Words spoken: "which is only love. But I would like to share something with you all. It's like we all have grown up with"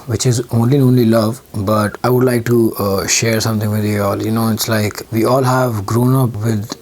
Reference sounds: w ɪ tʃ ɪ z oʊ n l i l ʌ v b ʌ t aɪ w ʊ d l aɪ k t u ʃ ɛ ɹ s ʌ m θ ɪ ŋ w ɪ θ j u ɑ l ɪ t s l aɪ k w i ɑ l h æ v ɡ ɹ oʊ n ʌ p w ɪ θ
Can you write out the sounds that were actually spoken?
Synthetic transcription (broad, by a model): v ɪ tʃ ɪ z oʊ n l i l ʌ v b ʌ t aɪ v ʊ d l aɪ k t u ʃ ɛ ɹ s ʌ m t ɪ ŋ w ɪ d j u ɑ l ɪ t s l aɪ k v i ɑ l h æ v ɡ ɹ oʊ n ʌ p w ɪ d